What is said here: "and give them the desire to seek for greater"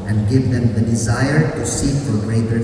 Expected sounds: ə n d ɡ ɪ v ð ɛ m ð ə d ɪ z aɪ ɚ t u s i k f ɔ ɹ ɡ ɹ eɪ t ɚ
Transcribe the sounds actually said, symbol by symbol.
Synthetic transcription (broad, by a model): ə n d ɡ ɪ v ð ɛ m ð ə d ɪ z aɪ ɚ t u s i k f ɔ ɹ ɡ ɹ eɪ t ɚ